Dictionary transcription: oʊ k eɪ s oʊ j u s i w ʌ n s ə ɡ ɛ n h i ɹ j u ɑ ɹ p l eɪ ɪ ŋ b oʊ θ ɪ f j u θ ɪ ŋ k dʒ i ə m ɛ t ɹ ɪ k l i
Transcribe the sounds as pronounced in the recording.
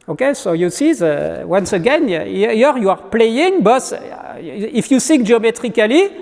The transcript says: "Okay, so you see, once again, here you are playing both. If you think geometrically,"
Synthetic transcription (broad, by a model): oʊ k eɪ s oʊ j u s i w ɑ n s ə ɡ ɛ n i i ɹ j u ɑ ɹ p l eɪ ɪ ŋ b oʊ s ɪ f j u s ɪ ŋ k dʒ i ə m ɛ t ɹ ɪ k l i